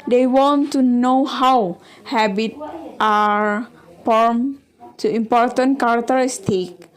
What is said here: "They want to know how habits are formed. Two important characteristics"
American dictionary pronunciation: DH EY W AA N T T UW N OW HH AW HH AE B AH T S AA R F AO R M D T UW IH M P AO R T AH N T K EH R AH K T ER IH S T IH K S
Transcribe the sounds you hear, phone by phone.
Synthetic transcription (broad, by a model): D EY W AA N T T UW N OW HH AW HH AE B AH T AA R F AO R M T UW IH M P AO R T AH N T K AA R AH K T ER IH S T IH K